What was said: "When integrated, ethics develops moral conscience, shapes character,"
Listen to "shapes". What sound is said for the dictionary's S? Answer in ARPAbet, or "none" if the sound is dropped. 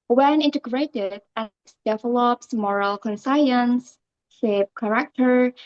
none